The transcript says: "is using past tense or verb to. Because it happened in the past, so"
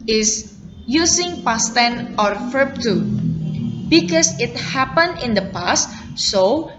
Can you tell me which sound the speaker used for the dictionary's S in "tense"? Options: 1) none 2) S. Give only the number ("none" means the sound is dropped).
1